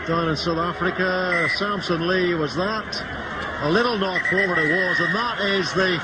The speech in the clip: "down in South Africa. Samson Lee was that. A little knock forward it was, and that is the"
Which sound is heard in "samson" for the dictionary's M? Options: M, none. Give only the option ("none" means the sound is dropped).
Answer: M